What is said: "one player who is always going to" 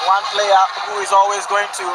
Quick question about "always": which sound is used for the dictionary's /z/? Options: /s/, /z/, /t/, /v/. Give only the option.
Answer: /z/